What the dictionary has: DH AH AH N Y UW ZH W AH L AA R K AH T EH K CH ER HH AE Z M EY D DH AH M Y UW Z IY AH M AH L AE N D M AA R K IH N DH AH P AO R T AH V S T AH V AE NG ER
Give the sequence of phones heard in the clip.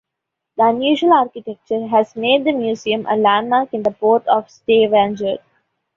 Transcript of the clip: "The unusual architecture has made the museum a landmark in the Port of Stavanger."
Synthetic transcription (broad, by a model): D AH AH N Y UW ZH AH L AA R K AH T EH K CH ER HH AE Z M EY D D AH M Y UW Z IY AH M AH L AE N D M AA R K IH N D AH P AO R T AH V S T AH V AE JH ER